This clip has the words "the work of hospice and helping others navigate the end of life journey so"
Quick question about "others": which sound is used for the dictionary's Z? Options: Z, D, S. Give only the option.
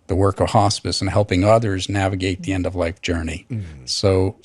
Z